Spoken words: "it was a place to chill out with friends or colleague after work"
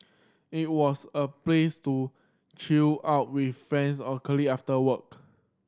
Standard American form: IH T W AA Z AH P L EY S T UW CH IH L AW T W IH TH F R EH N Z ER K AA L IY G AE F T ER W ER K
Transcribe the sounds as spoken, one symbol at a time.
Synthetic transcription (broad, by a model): IH T W AA S AH P L EY S T UW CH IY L AW T W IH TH F R EH N S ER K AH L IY AA F T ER W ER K